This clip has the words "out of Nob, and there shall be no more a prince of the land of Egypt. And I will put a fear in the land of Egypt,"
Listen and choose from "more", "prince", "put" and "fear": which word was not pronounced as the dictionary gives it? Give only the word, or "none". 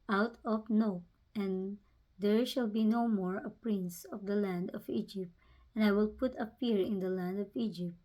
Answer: fear